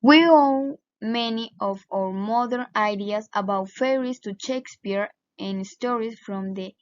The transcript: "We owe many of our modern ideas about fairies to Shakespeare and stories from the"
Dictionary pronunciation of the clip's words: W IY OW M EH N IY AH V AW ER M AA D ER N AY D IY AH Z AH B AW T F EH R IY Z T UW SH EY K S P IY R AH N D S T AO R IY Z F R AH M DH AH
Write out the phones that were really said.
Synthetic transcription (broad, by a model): W IY OW M EH N IY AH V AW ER M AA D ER N AY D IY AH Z AH B AW T F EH R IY S T UW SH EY K S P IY R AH N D S T AO R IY S F R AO M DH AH